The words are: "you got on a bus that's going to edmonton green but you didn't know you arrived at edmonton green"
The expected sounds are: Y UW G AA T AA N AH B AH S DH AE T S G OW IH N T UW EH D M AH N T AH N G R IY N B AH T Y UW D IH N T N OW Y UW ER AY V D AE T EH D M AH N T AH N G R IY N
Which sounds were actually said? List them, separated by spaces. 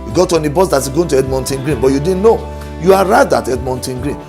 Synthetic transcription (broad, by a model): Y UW G AA T AA N AH B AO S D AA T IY G OW IH N T UW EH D M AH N T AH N G R IY N B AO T Y UW D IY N N OW Y UW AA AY D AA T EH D M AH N T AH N G R IY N